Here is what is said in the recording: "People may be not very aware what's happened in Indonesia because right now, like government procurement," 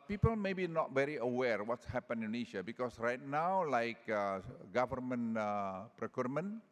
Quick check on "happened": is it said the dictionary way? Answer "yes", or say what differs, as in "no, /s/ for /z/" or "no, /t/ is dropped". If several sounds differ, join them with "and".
no, /d/ is dropped